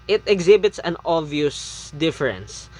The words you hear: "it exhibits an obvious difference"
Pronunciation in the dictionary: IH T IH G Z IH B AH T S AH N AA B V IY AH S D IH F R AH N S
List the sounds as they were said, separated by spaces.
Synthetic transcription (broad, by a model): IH T IH G Z IH B AH T S AH N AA V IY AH S D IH F R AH N S